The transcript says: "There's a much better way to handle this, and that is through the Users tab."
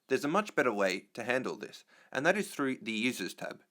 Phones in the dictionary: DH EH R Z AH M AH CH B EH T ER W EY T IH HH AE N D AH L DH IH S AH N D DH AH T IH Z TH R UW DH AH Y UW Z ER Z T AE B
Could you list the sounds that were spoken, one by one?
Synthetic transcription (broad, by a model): DH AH R Z AH M AH CH B EH T ER W EY T IH HH AE N D L DH IH S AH N DH AH T IH Z TH R UW DH AH Y UW Z ER Z T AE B